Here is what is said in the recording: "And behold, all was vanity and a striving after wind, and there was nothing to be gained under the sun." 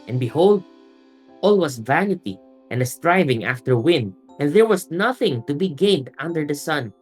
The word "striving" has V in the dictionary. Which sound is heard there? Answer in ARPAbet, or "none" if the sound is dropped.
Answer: V